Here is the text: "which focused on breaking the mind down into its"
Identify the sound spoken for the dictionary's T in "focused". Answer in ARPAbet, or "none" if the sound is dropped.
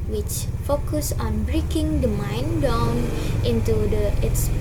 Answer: none